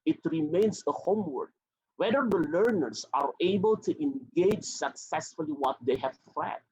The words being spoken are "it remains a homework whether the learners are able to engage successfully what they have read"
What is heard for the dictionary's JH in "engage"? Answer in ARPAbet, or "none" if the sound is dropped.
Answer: JH